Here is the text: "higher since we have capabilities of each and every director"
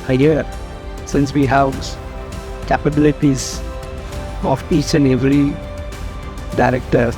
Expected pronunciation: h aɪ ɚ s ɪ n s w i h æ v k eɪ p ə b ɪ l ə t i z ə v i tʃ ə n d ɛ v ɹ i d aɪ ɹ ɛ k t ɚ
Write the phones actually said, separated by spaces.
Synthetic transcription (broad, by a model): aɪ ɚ s ɪ n s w i h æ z k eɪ p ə b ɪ l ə t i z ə p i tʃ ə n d ɛ v ɹ i d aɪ ɹ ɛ k t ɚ